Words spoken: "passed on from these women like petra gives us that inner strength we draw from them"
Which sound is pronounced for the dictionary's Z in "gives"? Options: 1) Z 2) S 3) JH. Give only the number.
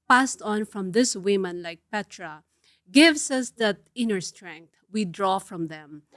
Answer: 2